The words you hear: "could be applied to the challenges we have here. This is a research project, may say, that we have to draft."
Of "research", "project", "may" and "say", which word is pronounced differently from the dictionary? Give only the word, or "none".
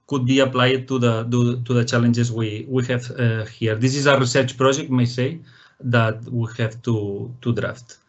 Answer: project